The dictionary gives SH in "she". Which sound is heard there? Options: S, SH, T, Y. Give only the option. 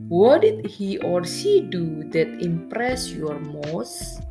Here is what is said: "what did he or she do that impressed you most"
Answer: S